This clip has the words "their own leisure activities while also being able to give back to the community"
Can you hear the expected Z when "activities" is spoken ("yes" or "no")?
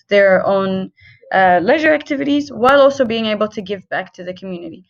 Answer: yes